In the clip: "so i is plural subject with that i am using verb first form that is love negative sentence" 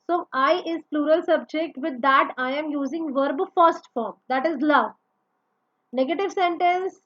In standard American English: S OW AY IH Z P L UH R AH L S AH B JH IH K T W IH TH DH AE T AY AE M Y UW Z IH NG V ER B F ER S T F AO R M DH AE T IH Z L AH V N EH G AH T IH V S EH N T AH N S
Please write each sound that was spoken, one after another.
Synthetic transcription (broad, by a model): S OW AY IH Z P L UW R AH L S AH B JH IH K T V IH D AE T AY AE M Y UW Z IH NG V ER B F ER S T F AO R M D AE T IH Z L AH V N EH G AH T IH V S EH N T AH N S